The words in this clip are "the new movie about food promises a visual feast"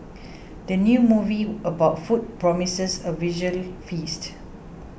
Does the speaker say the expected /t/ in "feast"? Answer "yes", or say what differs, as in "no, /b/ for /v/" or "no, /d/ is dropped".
yes